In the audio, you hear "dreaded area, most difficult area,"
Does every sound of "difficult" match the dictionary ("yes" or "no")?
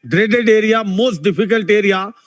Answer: no